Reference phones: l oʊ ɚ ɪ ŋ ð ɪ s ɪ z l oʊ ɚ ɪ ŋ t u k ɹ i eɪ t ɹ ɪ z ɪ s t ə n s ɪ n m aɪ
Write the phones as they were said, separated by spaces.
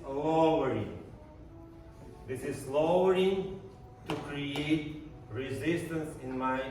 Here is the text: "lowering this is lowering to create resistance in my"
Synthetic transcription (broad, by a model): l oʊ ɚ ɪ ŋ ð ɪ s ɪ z l oʊ ɚ ɪ ŋ t u k ɹ i eɪ t ɹ ɪ z ɪ s t ə n s ɪ n m aɪ